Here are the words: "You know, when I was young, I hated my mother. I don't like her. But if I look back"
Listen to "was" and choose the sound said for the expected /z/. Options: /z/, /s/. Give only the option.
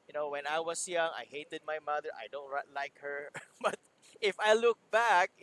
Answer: /s/